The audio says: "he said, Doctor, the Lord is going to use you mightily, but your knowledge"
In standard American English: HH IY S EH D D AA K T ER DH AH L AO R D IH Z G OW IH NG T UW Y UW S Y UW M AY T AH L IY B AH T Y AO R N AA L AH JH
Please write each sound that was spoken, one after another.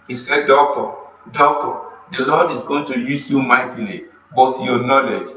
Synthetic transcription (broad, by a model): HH IY S EH D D AA K T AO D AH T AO L D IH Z G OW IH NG T UW Y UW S Y UW M AY T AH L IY B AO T Y AO N AA L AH JH